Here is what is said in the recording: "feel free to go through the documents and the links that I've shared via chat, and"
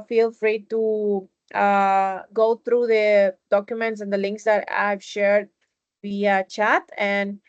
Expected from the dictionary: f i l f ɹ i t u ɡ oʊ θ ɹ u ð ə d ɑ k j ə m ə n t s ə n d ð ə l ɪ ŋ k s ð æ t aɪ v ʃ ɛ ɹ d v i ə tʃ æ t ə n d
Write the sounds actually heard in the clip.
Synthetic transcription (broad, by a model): f i l f ɹ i t u ɡ oʊ t ɹ u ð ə d ɑ k j ə m ə n t s ə n d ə l ɪ ŋ k s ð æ t aɪ v ʃ ɛ ɹ d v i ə tʃ æ t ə n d